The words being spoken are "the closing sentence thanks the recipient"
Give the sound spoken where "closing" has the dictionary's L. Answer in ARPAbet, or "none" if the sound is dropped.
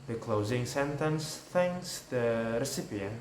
L